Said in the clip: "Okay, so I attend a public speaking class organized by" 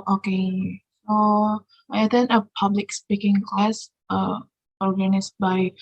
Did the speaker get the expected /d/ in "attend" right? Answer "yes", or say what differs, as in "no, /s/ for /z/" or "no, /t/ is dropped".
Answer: no, /d/ is dropped